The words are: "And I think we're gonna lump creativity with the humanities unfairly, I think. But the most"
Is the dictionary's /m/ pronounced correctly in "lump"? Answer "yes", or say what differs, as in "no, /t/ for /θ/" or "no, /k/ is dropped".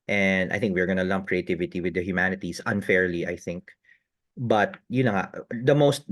yes